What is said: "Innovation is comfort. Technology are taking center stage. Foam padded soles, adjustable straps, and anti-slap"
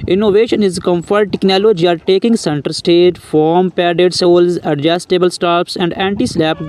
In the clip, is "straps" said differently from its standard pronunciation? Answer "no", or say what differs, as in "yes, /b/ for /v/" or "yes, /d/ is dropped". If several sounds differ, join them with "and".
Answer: yes, /ɹ/ is dropped